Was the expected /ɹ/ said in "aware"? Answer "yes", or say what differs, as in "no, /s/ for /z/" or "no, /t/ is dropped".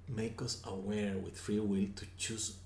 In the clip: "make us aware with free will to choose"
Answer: yes